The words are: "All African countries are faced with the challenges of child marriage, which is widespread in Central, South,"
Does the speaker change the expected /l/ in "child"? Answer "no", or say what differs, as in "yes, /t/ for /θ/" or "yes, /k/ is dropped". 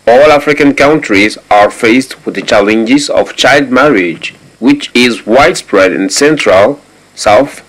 no